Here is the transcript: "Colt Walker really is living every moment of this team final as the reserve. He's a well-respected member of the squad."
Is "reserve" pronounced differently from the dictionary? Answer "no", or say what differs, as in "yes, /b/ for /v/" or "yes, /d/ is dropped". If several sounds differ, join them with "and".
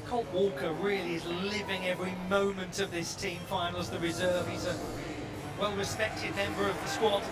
no